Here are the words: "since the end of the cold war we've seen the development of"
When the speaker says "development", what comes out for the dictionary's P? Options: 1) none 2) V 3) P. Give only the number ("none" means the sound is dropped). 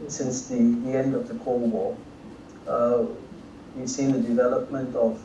3